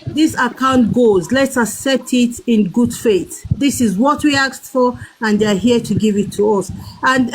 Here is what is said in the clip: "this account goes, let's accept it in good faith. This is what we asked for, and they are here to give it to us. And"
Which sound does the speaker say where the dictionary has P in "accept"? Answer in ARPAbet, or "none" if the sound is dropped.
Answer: none